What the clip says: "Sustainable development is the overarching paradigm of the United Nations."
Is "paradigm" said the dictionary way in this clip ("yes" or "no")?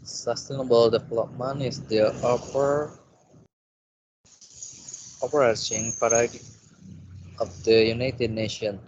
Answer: no